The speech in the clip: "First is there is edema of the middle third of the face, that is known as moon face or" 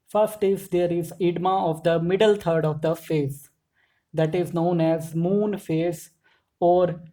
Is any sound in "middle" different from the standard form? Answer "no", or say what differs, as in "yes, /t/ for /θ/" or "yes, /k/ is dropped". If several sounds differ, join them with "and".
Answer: no